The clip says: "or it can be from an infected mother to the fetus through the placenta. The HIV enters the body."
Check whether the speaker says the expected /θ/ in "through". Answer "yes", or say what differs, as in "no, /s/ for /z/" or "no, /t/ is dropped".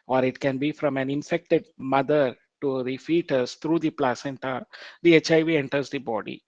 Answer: no, /t/ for /θ/